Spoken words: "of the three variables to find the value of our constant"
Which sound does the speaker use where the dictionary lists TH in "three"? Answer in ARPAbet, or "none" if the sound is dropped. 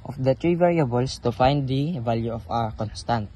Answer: T